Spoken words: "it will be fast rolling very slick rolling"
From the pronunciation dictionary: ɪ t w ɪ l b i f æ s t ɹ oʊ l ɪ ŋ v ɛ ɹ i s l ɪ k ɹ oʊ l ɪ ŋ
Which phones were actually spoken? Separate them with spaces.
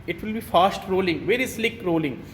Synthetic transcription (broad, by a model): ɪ t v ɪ l b i f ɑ s t ɹ oʊ l ɪ ŋ v ɛ ɹ i s l ɪ k ɹ oʊ l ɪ ŋ